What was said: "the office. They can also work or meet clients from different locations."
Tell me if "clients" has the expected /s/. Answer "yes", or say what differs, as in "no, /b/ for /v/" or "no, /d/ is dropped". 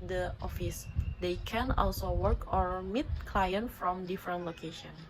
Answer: no, /s/ is dropped